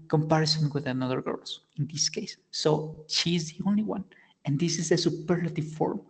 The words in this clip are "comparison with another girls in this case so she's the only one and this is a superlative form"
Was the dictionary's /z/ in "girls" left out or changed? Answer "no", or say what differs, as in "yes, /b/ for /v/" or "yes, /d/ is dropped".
yes, /z/ is dropped